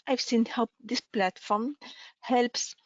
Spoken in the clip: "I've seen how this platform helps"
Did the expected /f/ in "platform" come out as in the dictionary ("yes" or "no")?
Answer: yes